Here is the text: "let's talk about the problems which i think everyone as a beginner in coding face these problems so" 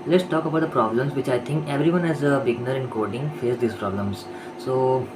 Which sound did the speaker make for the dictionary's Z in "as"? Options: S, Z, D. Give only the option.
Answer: Z